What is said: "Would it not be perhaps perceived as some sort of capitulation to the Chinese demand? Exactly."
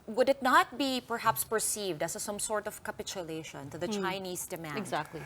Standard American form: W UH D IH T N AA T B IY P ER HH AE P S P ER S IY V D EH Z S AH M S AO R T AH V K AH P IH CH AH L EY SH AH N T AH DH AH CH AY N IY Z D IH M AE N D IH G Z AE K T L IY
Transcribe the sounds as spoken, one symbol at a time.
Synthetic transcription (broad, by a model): W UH D IH T N AA T B IY P ER HH AE P S P ER S IY V D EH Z S AH M S AO R T AH V K AH P IH CH AH L EY SH AH N T AH DH AH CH AY N IY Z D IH M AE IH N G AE K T L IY